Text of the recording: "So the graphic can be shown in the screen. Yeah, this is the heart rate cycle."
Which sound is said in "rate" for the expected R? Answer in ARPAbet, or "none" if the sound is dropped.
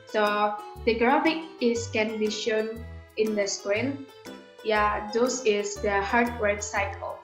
W